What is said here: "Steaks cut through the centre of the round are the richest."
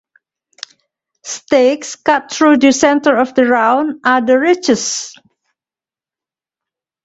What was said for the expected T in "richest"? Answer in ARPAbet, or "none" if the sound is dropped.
none